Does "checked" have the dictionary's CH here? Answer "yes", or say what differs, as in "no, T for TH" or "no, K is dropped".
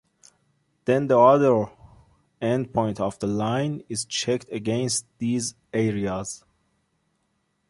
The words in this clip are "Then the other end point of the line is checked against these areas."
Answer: yes